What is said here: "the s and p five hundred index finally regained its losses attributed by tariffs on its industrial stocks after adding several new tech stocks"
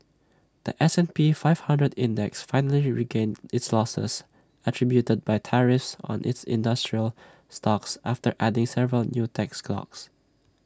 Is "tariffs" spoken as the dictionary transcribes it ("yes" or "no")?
yes